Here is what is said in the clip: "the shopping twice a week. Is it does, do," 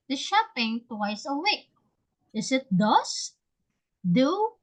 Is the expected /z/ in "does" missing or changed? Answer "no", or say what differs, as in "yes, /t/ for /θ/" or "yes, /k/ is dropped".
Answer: yes, /s/ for /z/